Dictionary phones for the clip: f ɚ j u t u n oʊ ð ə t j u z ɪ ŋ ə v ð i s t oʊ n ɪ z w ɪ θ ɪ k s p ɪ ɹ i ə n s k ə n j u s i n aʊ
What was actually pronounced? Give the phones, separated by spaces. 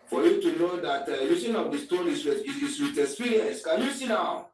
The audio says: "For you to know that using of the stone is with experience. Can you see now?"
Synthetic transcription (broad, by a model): f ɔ j u t u n oʊ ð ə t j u s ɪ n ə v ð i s t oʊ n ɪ s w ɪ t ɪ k s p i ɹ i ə n s k ə n j u s i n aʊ